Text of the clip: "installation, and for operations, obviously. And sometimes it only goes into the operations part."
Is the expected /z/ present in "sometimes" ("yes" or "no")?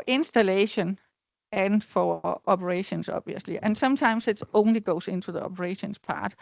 no